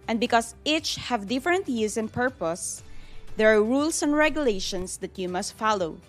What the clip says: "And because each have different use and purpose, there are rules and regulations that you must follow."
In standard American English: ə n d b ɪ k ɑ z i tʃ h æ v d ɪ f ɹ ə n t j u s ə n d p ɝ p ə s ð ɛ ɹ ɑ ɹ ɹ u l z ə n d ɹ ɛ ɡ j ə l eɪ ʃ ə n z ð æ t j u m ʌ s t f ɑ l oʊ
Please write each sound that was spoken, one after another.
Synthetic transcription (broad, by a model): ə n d b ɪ k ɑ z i tʃ h æ v d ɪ f ɹ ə n t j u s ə n p ɝ p ə s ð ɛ ɹ ɑ ɹ ɹ u l s ə n d ɹ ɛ ɡ j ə l eɪ ʃ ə n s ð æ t j u m ʌ s t f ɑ l oʊ